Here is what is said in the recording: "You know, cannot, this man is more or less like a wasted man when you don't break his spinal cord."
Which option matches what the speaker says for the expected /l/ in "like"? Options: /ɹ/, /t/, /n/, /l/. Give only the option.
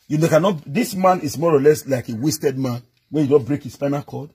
/l/